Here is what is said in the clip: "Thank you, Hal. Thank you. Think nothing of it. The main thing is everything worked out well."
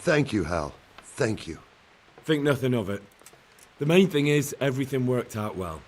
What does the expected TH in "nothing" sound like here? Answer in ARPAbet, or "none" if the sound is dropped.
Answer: TH